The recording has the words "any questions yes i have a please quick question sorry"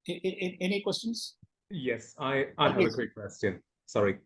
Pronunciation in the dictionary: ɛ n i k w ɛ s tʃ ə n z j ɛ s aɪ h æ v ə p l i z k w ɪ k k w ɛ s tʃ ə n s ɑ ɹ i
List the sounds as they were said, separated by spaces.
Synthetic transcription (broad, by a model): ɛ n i k w ɛ s tʃ ə n z j ɛ s aɪ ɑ ə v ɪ k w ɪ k k w ɛ s tʃ ə n s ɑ ɹ i